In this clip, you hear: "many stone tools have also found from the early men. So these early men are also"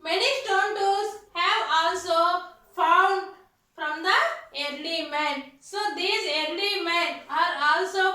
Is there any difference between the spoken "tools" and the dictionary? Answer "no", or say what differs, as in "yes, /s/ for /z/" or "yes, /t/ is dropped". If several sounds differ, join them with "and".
yes, /l/ is dropped